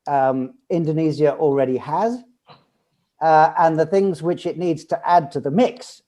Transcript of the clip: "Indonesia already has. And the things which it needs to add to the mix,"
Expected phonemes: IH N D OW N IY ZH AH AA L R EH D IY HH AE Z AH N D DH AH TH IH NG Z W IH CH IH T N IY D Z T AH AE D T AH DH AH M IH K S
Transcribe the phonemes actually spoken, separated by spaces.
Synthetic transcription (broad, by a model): IH N D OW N IY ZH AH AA L R EH D IY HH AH Z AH N DH AH TH IH NG Z W IH CH IH T N IY D Z T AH AE D T AH DH AH M IH K S